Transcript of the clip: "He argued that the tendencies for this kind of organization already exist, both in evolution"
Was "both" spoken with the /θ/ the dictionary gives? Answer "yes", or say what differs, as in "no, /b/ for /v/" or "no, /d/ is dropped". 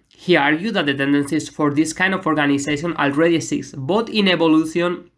no, /t/ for /θ/